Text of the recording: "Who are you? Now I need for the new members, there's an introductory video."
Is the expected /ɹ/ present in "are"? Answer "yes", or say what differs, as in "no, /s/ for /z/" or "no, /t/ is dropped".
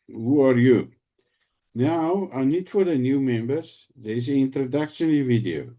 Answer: yes